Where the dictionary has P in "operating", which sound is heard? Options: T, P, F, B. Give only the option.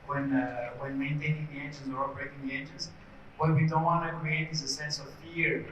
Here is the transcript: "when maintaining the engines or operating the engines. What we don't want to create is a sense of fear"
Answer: B